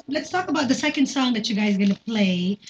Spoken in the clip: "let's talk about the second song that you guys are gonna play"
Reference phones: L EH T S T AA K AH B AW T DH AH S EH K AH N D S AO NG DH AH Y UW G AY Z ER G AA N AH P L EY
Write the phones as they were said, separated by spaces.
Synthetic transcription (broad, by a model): L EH T S T AA K AH B AW T DH AH S EH K AH N D S AO NG DH AH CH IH G AY Z G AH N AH P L EY